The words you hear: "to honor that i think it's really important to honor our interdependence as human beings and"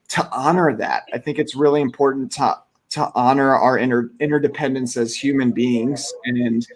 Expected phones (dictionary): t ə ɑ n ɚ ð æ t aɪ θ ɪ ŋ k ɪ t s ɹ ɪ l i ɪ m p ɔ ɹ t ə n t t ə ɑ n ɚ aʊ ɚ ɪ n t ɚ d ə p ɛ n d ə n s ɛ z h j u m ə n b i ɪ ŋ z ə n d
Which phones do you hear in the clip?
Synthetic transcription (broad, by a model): t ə ɑ n ɚ ð æ t aɪ θ ɪ ŋ k ɪ t s ɹ ɪ l i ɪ m p ɔ ɹ t n t t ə ɑ n ɚ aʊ ɚ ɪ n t ɚ d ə p ɛ n d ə n s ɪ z h j u m ə n b i ɪ ŋ z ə n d